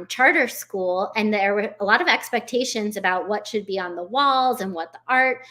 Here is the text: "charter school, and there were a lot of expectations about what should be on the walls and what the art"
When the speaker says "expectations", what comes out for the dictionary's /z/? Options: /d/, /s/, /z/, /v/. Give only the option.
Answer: /z/